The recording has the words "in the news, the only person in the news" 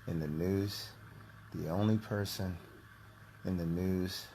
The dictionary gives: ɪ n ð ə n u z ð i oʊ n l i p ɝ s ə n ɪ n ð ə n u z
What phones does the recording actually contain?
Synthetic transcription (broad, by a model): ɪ n ð ə n u z ð i oʊ n l i p ɝ s ə n ɪ n ð ə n u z